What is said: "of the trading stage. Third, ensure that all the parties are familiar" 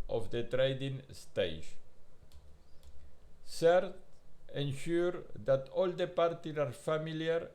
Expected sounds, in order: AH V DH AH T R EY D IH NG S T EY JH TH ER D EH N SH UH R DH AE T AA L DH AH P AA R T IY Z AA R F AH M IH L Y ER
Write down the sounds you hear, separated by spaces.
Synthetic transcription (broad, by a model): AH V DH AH T R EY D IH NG S T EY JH S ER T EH N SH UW R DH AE T AA L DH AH P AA R T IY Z AA R F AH M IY L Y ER